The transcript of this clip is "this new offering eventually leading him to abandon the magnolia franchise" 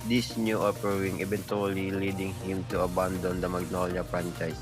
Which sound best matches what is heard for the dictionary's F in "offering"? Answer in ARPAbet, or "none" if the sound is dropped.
P